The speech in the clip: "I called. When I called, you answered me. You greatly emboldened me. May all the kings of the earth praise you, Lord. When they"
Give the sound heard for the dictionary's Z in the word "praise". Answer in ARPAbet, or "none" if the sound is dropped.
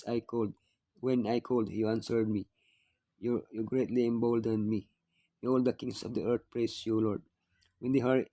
S